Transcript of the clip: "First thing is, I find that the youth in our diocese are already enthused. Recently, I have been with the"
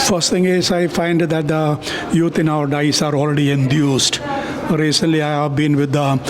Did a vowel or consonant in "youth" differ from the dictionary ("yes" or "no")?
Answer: yes